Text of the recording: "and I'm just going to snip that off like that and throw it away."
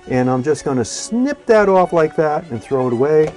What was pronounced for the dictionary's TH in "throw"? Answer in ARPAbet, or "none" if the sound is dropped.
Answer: TH